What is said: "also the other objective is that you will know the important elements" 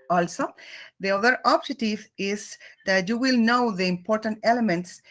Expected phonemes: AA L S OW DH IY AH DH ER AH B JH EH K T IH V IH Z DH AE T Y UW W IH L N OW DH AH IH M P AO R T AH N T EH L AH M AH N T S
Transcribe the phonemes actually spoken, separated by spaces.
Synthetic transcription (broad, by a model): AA L S OW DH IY AH DH ER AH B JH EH T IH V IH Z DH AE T Y UW W IH L N OW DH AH IH M P AO R T AH N T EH L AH M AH N T S